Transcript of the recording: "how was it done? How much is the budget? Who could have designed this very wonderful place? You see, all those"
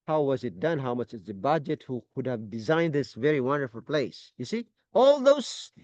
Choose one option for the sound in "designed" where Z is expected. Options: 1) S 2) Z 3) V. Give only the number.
2